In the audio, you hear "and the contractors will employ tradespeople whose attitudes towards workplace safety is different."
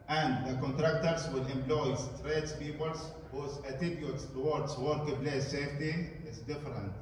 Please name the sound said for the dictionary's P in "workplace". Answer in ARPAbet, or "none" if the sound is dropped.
B